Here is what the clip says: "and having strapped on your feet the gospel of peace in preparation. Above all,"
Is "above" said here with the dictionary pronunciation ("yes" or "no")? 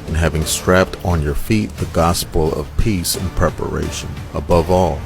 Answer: yes